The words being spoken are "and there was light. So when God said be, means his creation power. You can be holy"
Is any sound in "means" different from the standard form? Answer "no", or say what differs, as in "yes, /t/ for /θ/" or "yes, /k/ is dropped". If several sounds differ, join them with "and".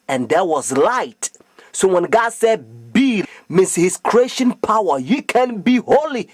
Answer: yes, /s/ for /z/